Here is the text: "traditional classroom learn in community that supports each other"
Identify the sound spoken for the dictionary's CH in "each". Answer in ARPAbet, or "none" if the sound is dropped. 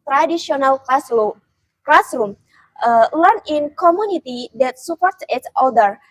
S